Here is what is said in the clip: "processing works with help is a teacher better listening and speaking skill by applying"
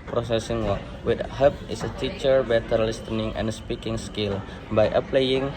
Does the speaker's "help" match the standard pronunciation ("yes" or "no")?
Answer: no